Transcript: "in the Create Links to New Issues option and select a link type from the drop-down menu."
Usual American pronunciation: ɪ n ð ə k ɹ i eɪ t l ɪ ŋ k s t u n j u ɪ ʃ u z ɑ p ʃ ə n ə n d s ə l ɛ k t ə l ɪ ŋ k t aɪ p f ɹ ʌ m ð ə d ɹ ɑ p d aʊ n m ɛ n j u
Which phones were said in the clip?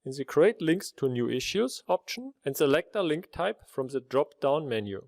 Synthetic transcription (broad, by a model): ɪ n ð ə k ɹ i eɪ t l ɪ ŋ k s t u n j u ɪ ʃ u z ɑ p ʃ ə n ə n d s ə l ɛ k t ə l ɪ ŋ k t aɪ p f ɹ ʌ m ð ə d ɹ ɑ p d aʊ n m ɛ n j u